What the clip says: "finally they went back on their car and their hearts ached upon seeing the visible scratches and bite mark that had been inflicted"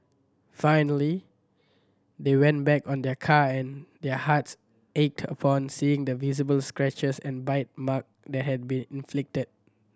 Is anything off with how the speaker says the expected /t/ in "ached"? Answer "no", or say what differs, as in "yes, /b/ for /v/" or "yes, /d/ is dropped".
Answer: no